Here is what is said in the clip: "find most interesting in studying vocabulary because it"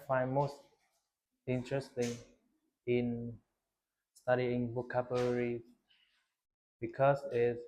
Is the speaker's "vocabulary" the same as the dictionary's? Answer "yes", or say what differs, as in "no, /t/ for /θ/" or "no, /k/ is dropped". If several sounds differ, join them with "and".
no, /b/ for /v/